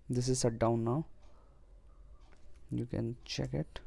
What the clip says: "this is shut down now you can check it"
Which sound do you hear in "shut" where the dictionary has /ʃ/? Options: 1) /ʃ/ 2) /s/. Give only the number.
2